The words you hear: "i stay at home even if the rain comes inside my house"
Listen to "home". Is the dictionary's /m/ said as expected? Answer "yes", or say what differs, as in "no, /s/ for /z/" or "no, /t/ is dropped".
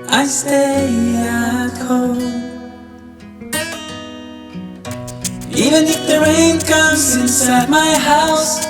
no, /m/ is dropped